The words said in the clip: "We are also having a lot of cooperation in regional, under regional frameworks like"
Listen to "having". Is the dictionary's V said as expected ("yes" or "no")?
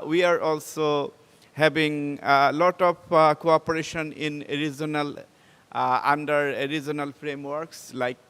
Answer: no